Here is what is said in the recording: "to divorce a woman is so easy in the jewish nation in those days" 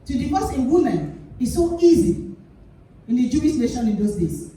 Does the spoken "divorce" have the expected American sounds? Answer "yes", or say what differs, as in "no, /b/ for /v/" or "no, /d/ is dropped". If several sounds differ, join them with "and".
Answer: no, /f/ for /v/